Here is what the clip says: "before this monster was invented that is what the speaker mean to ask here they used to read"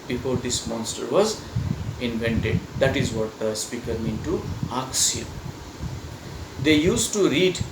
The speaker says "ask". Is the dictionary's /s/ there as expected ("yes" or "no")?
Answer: no